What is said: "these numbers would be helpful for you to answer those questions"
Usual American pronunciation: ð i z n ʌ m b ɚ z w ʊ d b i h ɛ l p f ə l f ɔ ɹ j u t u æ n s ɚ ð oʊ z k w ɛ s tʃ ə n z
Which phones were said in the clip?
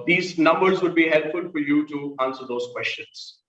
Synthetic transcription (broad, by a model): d i z n ʌ m b ɚ z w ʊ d b i h ɛ l p f ə l f ɔ ɹ j u t u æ n s ɚ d oʊ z k w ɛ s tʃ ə n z